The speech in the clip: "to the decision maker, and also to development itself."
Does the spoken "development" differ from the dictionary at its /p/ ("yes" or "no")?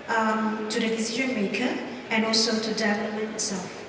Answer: yes